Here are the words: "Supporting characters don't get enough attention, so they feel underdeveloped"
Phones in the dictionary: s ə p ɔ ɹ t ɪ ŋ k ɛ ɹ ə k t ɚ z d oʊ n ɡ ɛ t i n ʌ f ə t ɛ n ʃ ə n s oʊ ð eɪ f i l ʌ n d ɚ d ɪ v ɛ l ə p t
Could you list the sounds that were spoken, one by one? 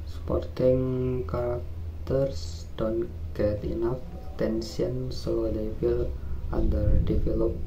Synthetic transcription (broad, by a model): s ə p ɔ ɹ t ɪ ŋ k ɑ ɹ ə k t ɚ s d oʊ n ɡ ɛ t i n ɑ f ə t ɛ n s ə n s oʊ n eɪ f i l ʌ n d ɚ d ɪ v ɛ l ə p